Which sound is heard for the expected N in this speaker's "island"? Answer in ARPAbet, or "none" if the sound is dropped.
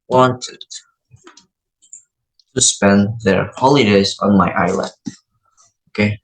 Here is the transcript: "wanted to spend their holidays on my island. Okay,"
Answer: none